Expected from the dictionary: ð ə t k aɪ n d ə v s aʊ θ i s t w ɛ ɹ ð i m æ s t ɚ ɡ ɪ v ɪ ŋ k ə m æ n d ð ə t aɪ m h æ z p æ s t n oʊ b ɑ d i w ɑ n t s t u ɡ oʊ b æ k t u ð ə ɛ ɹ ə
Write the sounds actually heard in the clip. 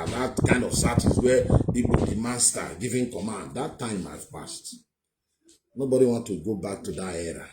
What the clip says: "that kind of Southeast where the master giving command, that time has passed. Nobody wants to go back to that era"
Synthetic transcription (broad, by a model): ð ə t k aɪ n d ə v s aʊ t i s w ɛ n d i m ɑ s t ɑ ɡ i v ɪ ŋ k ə m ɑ n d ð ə t aɪ m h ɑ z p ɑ s t n oʊ b ɑ d i w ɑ n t t u ɡ oʊ b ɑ k t u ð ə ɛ ɹ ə